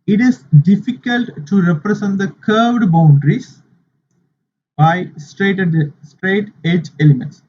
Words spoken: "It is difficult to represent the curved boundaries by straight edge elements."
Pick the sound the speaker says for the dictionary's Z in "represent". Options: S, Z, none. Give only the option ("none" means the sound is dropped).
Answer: S